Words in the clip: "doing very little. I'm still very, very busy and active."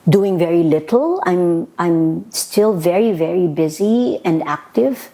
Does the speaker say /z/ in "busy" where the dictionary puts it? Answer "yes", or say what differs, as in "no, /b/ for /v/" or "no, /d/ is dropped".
yes